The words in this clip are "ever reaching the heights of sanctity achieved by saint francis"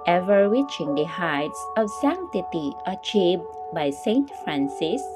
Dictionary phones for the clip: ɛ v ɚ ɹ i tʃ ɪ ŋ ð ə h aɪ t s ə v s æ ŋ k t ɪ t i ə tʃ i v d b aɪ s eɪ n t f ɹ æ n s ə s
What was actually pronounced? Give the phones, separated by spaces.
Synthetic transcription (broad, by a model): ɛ v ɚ w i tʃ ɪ ŋ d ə h aɪ t s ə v s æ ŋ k t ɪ t i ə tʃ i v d b aɪ s eɪ n t f ɹ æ n s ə s